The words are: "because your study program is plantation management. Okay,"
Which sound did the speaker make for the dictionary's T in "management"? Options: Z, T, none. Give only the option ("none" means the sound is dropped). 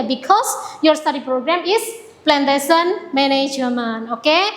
none